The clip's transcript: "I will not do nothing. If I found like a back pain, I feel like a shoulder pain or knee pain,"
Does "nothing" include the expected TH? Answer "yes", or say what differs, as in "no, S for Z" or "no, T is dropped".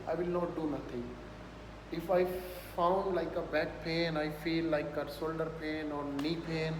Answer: no, T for TH